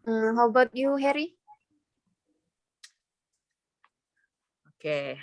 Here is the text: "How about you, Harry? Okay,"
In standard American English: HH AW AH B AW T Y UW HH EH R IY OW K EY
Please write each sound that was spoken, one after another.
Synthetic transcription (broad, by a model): HH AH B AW T Y UW HH EH R IY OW K EY